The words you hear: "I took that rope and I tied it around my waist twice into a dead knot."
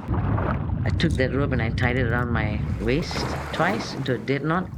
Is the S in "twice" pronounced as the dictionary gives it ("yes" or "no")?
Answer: yes